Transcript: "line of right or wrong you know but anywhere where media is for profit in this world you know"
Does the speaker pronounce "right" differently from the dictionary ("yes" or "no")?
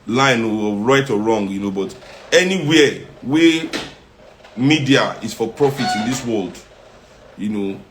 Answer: no